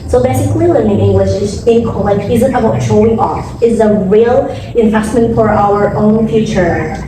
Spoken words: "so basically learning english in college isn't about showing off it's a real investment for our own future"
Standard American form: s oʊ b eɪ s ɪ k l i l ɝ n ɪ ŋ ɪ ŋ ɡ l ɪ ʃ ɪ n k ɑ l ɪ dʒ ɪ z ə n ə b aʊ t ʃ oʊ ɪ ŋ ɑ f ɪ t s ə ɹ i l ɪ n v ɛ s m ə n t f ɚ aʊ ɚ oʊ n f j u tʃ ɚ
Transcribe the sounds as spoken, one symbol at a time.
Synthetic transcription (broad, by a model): s oʊ b eɪ s ɪ k l i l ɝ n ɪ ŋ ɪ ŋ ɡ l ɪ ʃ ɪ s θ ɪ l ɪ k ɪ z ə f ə aʊ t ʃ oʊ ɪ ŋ ɑ f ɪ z ə ɹ i l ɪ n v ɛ s m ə n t f ɚ aʊ ɚ oʊ n f j u tʃ ɚ